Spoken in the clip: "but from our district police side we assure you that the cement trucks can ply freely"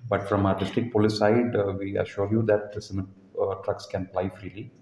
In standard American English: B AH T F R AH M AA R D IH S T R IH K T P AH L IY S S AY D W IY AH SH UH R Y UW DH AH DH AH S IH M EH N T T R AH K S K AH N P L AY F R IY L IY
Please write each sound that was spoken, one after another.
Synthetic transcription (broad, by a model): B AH T F R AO M AA R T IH S T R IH K P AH L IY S S AY D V IY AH SH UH R Y UW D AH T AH S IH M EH T T R AH K S K AH N P L AY F R IY L IY